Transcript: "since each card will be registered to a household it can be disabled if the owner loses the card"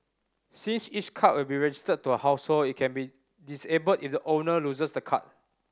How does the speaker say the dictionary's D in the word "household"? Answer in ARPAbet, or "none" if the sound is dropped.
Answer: none